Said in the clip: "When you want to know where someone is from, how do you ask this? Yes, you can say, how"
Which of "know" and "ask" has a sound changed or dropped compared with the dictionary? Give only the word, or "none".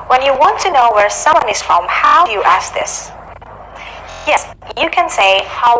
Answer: none